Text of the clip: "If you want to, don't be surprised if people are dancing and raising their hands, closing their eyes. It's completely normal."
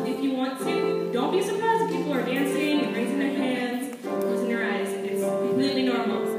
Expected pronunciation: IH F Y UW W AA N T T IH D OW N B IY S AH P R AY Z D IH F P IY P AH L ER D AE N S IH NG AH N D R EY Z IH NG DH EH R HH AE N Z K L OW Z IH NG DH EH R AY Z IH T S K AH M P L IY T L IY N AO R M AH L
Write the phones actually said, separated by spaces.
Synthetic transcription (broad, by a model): IH F Y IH W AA N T T IH D OW N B IY S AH P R AY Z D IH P IY P L ER D AE N S IH NG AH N R EY Z IH NG DH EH R HH AE N Z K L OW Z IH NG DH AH R AY Z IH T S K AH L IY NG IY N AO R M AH